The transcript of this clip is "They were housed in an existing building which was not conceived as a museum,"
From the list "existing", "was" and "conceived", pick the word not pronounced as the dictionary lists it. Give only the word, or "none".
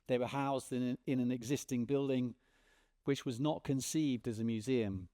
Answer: none